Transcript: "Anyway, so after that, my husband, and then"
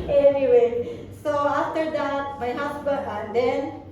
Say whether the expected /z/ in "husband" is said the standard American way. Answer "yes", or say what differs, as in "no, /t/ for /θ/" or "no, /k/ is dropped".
no, /s/ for /z/